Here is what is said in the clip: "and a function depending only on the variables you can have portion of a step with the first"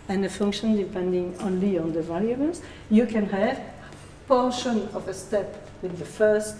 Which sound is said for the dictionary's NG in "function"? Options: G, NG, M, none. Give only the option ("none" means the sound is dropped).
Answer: NG